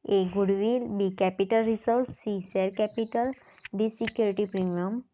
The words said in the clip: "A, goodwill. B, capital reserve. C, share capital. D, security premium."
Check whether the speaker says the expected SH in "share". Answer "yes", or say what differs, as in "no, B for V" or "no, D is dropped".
no, S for SH